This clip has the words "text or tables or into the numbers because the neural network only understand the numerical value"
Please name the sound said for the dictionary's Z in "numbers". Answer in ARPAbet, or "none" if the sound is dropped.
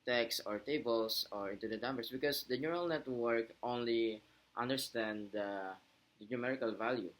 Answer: S